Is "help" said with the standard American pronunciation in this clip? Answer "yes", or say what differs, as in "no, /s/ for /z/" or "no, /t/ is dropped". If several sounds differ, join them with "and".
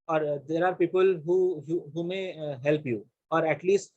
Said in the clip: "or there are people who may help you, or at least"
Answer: yes